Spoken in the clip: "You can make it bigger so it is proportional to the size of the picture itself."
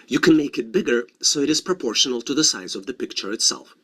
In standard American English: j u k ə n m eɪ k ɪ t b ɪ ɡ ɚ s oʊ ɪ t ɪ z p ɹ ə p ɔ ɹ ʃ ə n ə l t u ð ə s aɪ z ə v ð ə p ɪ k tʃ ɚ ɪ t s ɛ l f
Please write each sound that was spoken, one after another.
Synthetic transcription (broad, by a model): j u k ə n m eɪ k ɪ t b ɪ ɡ ɚ s oʊ ɪ t ɪ z p ɹ ə p ɔ ɹ ʃ ə n ə l t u ð ə s aɪ z ə v ð ə p ɪ k tʃ ɚ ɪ t s ɛ l f